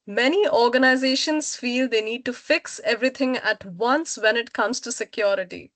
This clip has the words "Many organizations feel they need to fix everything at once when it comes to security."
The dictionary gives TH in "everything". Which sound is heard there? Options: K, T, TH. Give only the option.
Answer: T